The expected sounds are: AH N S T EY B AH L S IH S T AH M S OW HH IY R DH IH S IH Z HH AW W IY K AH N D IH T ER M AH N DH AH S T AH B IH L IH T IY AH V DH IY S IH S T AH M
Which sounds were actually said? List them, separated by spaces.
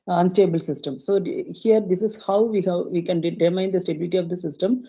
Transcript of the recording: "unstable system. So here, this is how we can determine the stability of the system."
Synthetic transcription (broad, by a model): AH N S T EY B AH L S IH S T AH M S OW HH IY R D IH S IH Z HH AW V IY K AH N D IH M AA AH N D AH S T AH B IH L IH T IY AH V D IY S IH S T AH M